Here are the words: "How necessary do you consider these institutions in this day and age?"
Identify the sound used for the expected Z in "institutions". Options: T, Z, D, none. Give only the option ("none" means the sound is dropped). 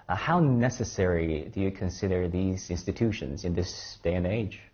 Z